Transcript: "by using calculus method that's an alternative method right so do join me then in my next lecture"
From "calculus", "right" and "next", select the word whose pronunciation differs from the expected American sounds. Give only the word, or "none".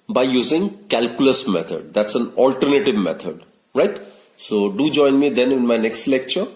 none